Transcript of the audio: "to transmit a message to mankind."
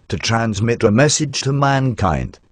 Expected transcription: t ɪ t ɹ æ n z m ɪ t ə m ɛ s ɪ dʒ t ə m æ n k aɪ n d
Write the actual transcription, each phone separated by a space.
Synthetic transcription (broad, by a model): t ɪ t ɹ æ n z m ɪ t ə m ɛ s ɪ dʒ t ə m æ n k aɪ n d